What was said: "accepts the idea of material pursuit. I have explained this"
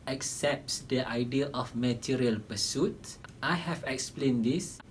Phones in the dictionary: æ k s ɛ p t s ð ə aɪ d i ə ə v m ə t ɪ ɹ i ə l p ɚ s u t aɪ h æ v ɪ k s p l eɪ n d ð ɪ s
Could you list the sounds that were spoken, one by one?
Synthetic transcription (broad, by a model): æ k s ɛ p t s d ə aɪ d i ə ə f m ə t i ɹ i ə l p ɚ s u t aɪ h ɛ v ɪ k s p l eɪ n d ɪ s